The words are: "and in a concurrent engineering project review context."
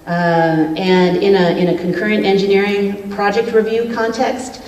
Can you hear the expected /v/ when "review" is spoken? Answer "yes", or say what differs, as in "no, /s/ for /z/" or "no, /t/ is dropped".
yes